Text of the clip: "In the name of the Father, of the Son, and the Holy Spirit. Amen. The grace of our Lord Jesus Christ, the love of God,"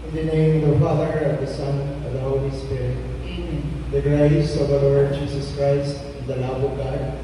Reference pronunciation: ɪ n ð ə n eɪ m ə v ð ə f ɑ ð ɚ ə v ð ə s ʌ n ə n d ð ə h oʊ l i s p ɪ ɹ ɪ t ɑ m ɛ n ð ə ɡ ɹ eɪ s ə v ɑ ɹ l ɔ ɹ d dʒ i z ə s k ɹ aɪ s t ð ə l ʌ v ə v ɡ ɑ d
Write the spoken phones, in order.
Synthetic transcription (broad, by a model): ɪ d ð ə n eɪ ə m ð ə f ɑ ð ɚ ə v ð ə s ʌ n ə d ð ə h oʊ l i s p ɪ ɹ ɪ t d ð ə ɡ ɹ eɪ s ə v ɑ l ɔ ɹ d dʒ i s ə s k ɹ aɪ s t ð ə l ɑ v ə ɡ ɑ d